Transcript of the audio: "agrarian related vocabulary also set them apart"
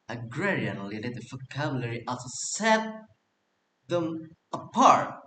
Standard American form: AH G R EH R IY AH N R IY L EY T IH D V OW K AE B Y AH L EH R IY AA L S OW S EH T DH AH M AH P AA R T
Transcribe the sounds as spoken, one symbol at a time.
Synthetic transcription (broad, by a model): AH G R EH R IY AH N L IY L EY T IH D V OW K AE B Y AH L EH R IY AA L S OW S EH T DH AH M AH P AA R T